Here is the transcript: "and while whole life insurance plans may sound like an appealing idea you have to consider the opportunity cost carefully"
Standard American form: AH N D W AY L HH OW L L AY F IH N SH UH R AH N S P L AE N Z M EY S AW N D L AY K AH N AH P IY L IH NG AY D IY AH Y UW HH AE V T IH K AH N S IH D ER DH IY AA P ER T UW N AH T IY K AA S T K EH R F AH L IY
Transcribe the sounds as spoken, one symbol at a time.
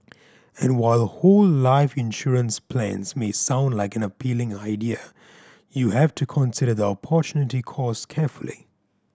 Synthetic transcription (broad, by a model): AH N W AY L HH OW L L AY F IH N SH UH R AH N S P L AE N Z M EY S AW N D L AY K AH N AH P IY L IH NG AY D IY AH Y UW HH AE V T IH K AH N S IH D ER DH IY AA P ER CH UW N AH T IY K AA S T K EH R F AH L IY